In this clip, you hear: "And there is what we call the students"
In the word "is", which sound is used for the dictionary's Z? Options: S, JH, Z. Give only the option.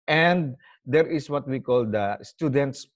S